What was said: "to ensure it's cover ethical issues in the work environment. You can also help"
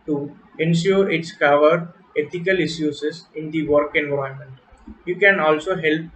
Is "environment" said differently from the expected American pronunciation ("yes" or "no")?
yes